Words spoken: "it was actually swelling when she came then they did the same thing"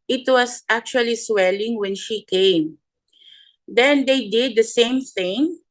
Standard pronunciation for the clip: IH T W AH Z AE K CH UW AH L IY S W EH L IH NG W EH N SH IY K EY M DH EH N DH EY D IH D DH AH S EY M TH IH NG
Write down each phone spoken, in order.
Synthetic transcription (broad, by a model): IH T W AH S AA K CH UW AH L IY S W EH L IH NG W EH N SH IY K EY M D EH N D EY D IH D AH S EY M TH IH NG